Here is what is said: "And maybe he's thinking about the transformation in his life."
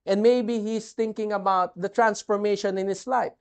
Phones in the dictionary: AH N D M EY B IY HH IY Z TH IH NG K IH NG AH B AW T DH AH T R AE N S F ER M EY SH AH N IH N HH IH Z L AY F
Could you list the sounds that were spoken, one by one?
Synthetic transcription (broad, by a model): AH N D M EY B IY HH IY S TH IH NG K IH NG AH B AW T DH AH T R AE N S F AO M EY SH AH N IH N HH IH S L AY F